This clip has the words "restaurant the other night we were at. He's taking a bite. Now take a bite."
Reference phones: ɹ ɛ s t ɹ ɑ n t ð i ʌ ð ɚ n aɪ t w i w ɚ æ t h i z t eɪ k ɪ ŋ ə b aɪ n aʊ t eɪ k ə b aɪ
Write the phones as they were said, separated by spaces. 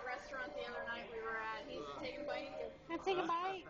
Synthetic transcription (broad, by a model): ɹ ɛ s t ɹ ɑ n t ð i ʌ ð ɚ n aɪ t w i w ɚ æ t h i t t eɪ ɪ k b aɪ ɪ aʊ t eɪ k ə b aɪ